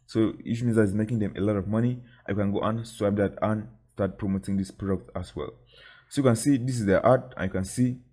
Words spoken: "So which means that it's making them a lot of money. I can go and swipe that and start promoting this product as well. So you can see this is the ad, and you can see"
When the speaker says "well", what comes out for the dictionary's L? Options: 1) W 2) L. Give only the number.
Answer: 2